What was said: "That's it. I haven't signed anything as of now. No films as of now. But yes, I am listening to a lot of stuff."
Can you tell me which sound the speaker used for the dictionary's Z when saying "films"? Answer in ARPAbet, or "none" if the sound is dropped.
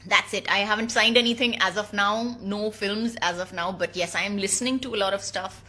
Z